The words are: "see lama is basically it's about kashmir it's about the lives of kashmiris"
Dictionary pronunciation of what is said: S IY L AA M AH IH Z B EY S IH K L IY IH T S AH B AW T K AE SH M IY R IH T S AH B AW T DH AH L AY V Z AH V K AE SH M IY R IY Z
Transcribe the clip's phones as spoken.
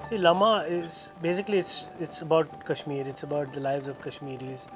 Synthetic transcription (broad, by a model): S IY L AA M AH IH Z B EY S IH K L IY IH T S AH B AW T K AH SH M IY R IH T S AH B AW T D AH L AY V Z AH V K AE SH M IY R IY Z